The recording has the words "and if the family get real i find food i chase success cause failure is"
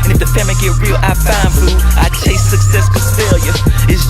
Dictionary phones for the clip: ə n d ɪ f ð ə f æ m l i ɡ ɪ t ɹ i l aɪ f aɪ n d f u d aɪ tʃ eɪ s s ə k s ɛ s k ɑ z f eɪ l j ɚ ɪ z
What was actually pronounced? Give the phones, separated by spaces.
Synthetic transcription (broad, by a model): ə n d ɪ f ð ə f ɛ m i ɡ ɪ ɹ i l aɪ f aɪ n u aɪ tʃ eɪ s s ə k s ɛ s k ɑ f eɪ l j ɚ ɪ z